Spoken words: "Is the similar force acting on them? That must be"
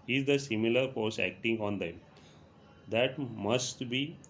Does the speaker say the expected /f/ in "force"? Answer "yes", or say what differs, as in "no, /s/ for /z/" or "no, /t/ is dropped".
no, /p/ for /f/